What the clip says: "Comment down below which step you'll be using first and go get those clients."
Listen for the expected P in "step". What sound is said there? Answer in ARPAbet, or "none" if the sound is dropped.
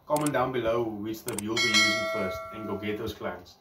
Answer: B